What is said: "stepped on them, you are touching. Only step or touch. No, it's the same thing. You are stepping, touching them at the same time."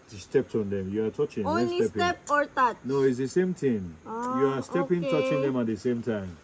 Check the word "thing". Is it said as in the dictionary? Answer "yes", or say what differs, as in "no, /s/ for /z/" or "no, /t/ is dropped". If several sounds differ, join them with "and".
no, /t/ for /θ/